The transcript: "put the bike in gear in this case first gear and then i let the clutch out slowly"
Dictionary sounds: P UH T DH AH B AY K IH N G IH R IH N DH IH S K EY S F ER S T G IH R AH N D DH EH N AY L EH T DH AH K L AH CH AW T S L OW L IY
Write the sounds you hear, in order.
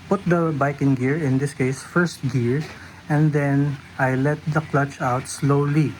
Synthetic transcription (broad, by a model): P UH T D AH B AY K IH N G IH R IH N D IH S K EY S F ER S T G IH R AH N D EH N AY L EH T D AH K L AH CH AW T S L OW L IY